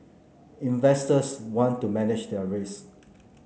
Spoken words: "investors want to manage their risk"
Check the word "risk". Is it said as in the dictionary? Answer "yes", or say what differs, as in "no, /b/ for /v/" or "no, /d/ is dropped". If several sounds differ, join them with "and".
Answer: no, /k/ is dropped